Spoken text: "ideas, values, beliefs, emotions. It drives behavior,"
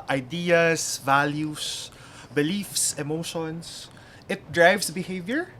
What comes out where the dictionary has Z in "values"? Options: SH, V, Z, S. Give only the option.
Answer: S